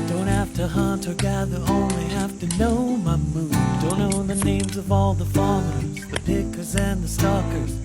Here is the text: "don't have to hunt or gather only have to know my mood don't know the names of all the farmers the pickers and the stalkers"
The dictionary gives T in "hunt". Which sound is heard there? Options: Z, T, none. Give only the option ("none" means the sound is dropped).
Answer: T